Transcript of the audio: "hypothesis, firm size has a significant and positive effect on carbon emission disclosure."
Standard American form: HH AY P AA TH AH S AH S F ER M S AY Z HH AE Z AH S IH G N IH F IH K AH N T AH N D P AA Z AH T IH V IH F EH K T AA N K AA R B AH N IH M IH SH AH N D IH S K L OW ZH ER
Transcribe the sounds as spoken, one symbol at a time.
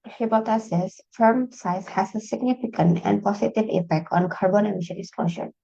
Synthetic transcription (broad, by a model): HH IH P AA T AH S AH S F ER M S AY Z HH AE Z AH S IH G N IH F IH K AH N T AH N D P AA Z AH T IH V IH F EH K T AA N K AA R B AH N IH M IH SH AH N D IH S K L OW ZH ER